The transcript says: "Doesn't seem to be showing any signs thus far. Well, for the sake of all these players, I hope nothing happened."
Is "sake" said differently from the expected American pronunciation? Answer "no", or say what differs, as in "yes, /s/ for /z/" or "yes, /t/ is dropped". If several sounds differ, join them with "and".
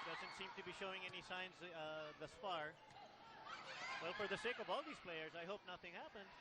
no